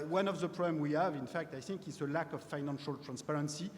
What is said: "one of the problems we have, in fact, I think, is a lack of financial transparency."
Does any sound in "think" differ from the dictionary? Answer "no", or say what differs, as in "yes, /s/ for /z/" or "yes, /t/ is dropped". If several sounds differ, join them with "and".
no